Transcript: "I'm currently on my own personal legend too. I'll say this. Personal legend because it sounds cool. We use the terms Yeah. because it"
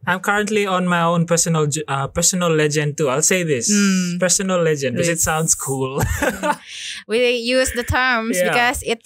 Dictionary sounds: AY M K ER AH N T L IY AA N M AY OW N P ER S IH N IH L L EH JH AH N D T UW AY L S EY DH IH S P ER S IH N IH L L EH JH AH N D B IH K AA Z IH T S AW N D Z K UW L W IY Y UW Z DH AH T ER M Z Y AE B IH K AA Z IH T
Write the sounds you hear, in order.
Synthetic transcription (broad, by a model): AY M K ER AH N T L IY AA N M AY OW N P ER S IH N IH L L EH JH AH N D T UW AY L S EY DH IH S P ER S IH N IH L L EH JH AH N D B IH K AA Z IH T S AW N D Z K UW L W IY Y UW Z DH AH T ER M Y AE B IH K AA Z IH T